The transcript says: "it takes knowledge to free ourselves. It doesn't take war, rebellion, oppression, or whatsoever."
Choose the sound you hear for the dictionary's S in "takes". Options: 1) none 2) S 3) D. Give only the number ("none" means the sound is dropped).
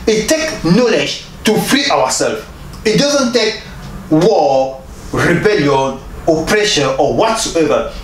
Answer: 1